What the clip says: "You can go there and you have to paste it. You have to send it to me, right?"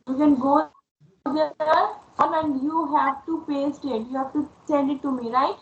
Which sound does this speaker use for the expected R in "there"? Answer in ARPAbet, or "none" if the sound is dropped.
L